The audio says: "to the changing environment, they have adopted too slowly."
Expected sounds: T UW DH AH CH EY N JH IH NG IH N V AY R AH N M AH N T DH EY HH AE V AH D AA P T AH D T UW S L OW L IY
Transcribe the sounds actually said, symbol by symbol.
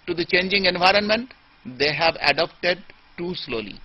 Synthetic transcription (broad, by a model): T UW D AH CH EY N JH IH NG IH N V AY R AH N M AH N T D EY HH AE V AH D AA P T AH D T UW S L OW L IY